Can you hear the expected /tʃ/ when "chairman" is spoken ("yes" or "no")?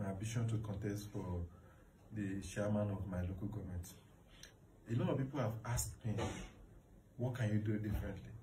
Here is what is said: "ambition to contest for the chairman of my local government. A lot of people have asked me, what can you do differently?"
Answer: no